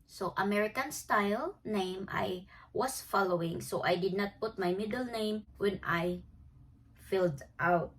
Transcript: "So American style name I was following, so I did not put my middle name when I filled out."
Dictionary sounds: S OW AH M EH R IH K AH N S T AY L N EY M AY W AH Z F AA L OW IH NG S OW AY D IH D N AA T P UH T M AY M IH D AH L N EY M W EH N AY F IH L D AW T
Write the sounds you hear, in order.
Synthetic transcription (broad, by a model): S OW AH M EH R IH K AH N S T AY L N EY M AY W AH S F AA L OW IH NG S OW AY D IH D N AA T P UH T M AY M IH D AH L N EY M W EH N AY F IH L D AW T